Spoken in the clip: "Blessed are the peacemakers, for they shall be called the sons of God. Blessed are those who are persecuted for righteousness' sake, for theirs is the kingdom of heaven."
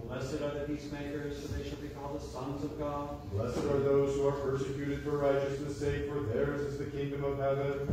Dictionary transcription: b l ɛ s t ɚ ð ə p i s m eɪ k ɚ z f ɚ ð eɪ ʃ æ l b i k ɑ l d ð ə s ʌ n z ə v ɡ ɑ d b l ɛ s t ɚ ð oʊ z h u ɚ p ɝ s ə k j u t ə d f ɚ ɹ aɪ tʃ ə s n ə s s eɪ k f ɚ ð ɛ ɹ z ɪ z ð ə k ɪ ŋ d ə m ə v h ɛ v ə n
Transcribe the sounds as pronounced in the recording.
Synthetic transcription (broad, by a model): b l ɛ s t ɚ ð ə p i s m eɪ k ɚ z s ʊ ð eɪ ʃ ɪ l b i k ɑ l d ð ə s ʌ n z ə v ɡ ɑ d l ɛ s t ɚ ð oʊ z h u ɚ p ɝ s ə k j u t ə d f ɚ ɹ aɪ tʃ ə s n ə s s eɪ k f ɚ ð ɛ ɹ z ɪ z ð ə k ɪ ŋ d ə m ə v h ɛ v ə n